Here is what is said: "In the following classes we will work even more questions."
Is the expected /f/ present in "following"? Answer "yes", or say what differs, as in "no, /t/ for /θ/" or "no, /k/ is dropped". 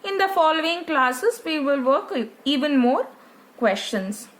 yes